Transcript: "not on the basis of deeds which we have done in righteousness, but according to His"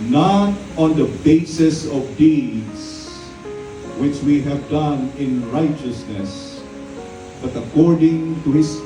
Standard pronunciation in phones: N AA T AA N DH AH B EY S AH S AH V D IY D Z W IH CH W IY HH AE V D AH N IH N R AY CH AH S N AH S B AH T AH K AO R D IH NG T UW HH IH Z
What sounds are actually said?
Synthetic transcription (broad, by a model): N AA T AA N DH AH B EY S AH S AH V D IY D S W IH CH W IY HH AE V D AH N IH N R AY CH AH S N AH S B AH T AH K AO R D IH NG T UW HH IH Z